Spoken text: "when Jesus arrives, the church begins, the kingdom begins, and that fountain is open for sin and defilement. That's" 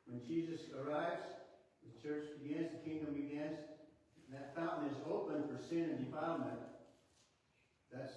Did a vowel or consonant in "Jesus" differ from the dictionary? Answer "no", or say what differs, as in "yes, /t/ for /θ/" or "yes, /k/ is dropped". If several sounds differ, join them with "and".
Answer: no